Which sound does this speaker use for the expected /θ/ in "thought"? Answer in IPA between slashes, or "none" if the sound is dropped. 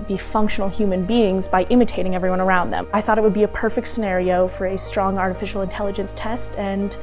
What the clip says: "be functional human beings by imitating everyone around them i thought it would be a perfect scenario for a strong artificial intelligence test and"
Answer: /θ/